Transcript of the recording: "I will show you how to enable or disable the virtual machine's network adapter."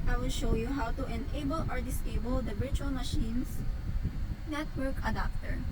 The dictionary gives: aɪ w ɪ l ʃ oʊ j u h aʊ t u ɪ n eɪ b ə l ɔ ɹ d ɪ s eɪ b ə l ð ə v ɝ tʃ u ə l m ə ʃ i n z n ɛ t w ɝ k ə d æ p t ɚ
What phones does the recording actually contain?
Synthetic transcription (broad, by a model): aɪ w ɪ l ʃ oʊ j u h aʊ t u ɪ n eɪ b ə l ɔ ɹ d ɪ s eɪ b ə l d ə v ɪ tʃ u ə l m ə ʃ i n s n ɛ t w ɝ k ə d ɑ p t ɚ